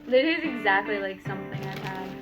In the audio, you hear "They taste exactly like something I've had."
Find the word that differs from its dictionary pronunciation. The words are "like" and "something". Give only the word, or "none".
none